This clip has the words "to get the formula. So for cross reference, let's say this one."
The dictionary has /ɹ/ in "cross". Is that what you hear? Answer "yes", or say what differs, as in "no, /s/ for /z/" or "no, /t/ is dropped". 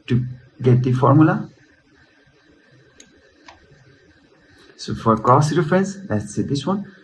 no, /ɹ/ is dropped